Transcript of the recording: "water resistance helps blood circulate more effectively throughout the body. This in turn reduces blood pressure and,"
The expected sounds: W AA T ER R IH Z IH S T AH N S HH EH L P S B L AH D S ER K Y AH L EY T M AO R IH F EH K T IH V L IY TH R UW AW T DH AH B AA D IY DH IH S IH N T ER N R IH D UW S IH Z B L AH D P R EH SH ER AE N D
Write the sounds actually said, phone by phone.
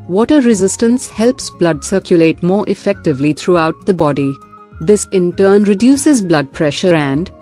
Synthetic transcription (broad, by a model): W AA T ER R IH Z IH S T AH N S HH EH L P S B L AH D S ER K Y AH L EY T M AO R IH F EH K T IH V L IY T R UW AW T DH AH B AA D IY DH IH S IH N T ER N R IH D UW S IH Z B L AH D P R EH SH ER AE N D